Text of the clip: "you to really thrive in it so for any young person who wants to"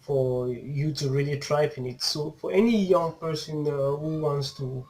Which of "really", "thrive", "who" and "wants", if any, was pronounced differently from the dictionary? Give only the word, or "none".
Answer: thrive